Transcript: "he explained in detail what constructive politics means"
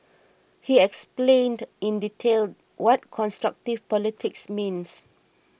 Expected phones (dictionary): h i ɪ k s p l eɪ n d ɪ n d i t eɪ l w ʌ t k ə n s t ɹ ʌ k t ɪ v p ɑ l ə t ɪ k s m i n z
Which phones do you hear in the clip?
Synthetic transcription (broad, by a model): h i ɪ k s p l eɪ n d ɪ n d i t eɪ l w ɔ t k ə n s t ɹ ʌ k t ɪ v p ɑ l ə t ɪ k s m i n s